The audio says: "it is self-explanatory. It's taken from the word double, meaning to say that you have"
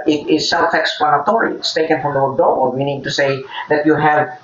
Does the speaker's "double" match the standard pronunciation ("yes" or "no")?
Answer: no